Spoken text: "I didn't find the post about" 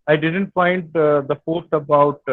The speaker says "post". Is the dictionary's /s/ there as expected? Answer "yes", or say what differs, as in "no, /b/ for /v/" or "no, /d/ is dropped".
no, /s/ is dropped